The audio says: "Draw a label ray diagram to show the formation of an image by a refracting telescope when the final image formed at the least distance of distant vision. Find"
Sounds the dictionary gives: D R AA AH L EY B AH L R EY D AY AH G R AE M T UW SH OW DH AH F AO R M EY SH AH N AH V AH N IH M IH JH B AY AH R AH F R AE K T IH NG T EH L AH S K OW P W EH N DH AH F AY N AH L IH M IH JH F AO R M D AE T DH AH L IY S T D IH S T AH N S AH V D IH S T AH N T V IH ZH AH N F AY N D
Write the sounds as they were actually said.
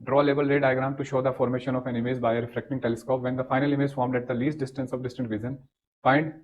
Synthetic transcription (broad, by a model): D R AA L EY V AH L R EY D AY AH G R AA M T UW SH OW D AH F AO R M EY SH AH N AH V AH N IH M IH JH B AY AH R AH F R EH K T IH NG T EH L AH S K OW P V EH N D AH F AY N AH L IH M IH JH F AO R M D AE T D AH L IY S T D IH S T AH N S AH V D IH S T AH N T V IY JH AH N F AY N D